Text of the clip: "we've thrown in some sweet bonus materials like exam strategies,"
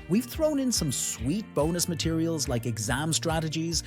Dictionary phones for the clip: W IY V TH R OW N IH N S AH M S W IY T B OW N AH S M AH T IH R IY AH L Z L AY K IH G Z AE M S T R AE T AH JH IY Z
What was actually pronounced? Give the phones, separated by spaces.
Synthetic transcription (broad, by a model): W IY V TH R OW N IH N S AH M S W IY T B OW N AH S M AH T IH R IY AH L Z L AY K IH G Z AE M S T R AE T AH JH IY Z